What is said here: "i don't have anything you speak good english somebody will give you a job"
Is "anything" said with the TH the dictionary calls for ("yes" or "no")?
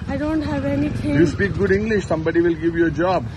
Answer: no